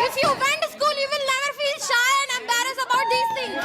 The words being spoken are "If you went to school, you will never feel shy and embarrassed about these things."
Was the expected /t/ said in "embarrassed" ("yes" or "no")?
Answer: no